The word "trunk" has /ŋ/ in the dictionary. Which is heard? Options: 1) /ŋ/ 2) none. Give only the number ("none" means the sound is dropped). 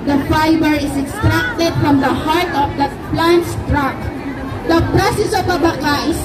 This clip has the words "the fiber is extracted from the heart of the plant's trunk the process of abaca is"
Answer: 2